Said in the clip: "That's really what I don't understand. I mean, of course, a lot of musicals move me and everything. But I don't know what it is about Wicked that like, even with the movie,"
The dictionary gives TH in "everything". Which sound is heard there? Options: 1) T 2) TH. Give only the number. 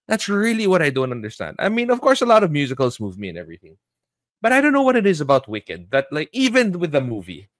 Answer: 2